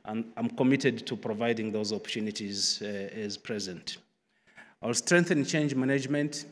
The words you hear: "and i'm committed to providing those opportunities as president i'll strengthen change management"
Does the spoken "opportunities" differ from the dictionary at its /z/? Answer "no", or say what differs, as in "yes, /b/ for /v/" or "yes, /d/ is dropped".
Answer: no